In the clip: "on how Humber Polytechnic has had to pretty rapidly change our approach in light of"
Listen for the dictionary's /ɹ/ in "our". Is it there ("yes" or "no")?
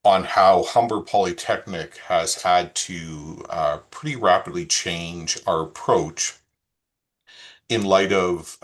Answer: yes